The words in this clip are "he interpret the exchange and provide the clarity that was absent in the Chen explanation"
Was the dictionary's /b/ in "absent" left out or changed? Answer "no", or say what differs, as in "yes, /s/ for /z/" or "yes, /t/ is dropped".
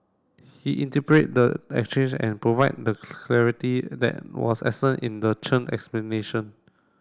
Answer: yes, /b/ is dropped